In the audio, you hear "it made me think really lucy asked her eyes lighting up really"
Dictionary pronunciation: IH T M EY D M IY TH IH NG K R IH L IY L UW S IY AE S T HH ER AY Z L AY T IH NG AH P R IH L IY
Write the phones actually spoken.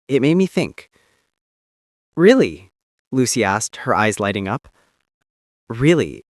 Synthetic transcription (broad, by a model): IH T M EY D M IY TH IH NG K R IH L IY L UW S IY AE S T HH ER AY Z L AY T IH NG AH P R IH L IY